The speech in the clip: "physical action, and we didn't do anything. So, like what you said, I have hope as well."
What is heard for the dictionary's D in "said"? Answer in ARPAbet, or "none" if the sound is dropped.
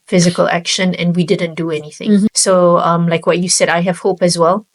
D